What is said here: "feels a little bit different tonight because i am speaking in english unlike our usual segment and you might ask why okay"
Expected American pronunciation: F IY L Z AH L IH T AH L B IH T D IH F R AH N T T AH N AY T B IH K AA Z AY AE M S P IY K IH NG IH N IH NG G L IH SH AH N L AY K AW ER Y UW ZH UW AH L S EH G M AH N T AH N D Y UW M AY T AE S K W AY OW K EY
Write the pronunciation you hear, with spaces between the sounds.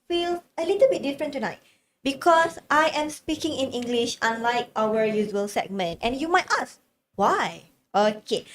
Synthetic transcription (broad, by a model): F IY L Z AH L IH T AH L B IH T D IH F R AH N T T AH N AY T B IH K AA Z AY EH M S P IY K IH NG IH N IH NG G L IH SH AH N L AY K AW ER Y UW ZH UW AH L S EH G M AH N T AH N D Y UW M AY T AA S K W AY OW K EY